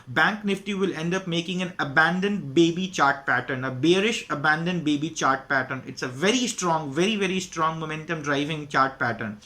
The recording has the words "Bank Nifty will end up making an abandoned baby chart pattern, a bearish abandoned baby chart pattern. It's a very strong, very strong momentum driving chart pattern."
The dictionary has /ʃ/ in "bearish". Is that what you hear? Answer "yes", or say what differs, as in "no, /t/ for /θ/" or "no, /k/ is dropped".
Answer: yes